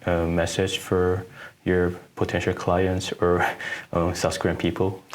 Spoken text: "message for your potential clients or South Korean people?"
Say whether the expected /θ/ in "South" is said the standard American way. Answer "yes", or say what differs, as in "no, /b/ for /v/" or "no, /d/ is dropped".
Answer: no, /s/ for /θ/